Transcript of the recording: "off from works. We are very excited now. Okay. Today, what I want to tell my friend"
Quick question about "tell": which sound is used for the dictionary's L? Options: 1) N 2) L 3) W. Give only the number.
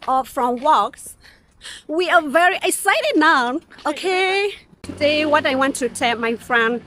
1